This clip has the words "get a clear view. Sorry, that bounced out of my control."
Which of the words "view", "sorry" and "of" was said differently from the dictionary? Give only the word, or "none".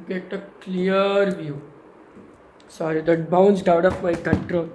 of